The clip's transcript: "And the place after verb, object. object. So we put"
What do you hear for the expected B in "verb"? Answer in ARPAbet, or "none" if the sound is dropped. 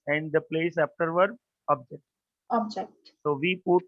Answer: none